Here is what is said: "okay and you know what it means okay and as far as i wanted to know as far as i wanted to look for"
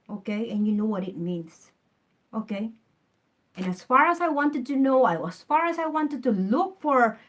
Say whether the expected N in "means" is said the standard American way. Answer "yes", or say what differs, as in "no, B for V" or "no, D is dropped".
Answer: yes